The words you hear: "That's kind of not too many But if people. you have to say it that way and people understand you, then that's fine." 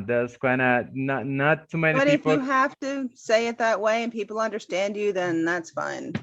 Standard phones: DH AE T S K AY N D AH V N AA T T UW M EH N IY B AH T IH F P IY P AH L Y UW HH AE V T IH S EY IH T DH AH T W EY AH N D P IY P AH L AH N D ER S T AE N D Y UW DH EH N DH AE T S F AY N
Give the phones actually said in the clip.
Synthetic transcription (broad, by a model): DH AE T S K AY N D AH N N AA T T UW M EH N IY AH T IH F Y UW HH AE F T IH S EY IH T DH AH T W EY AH N P IY P L AH N D ER S T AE N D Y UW DH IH N DH AE T S F AY N